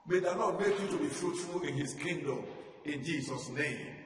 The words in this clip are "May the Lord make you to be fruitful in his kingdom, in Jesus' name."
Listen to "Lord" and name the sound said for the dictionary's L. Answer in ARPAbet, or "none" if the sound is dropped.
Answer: N